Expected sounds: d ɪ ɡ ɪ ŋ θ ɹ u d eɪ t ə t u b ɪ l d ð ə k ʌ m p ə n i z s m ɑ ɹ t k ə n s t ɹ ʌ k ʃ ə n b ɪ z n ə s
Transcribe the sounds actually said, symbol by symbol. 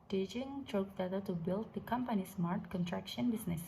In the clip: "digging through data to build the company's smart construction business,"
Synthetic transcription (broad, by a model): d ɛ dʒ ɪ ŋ t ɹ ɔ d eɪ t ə t u b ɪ l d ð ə k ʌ m p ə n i s m ɑ ɹ t k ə n t ɹ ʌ k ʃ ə n b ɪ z n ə s